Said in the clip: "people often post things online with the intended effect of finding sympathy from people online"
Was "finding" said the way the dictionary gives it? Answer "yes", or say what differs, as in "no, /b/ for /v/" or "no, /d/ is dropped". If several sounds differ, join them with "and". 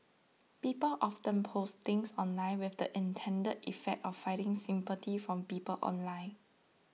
no, /n/ is dropped